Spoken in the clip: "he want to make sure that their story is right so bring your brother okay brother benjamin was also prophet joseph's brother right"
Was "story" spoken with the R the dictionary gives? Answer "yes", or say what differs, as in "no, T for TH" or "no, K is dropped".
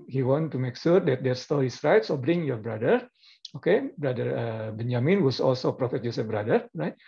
no, L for R